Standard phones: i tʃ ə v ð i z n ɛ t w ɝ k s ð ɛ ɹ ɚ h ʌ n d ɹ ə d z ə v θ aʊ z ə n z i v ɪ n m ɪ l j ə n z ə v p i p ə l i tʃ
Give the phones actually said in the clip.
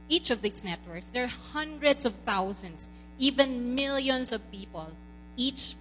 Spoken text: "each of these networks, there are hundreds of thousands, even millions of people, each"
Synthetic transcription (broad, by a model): i tʃ ə v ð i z n ɛ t w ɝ k s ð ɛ ɹ h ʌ n d ɹ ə d s ə v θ aʊ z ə n s i v ɪ n m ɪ l j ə n s ə v p i p ə l i tʃ